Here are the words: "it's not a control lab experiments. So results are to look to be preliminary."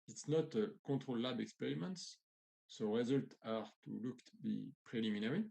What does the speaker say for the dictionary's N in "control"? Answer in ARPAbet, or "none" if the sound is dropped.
none